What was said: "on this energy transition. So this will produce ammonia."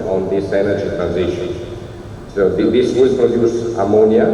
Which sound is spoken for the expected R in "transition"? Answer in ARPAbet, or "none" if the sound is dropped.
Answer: R